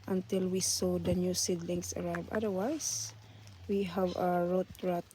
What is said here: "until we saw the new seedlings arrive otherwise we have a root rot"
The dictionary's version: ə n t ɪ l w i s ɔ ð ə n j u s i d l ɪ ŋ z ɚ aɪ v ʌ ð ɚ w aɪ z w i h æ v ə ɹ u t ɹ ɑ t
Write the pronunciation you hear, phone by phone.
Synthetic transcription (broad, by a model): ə n t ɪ l w i s ɔ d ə n j u s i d l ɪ ŋ s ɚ aɪ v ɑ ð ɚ w aɪ s w i h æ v ə ɹ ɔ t ɹ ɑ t